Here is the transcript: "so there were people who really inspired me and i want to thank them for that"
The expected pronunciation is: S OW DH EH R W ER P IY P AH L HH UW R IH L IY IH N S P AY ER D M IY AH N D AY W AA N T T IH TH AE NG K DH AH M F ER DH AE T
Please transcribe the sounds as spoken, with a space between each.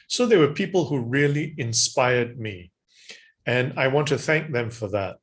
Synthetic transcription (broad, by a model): S OW DH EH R W ER P IY P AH L HH UW R IH L IY IH N S P AY ER D M IY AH N AY W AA N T T IH TH AE NG K DH AH M F ER DH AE T